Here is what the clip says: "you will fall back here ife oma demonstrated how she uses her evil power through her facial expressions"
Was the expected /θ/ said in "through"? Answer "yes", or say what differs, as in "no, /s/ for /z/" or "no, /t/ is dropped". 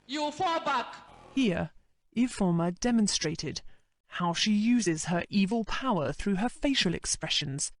yes